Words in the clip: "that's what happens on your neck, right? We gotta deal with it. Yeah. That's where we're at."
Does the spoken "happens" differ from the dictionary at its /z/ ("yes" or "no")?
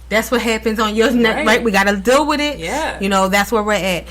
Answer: no